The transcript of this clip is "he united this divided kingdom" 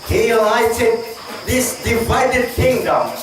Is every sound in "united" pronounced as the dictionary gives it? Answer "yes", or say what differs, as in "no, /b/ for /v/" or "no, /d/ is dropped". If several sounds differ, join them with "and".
no, /l/ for /n/